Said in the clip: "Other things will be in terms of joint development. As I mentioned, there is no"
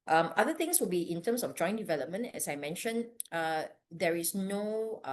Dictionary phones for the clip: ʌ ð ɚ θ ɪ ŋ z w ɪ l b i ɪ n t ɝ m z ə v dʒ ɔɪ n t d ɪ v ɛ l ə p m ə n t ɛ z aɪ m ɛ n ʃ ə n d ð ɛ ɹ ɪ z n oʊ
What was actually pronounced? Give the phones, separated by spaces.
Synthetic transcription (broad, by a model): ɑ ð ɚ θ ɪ ŋ s w ɪ l b i ɪ n t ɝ m s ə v dʒ ɔɪ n d ɪ v ɛ l ə p m ə n t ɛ s aɪ m ɛ n ʃ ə n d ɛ ɹ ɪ s n oʊ